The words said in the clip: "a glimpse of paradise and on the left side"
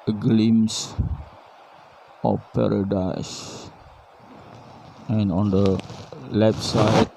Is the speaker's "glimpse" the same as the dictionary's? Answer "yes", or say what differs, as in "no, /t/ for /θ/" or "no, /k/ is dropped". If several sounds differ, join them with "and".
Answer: no, /p/ is dropped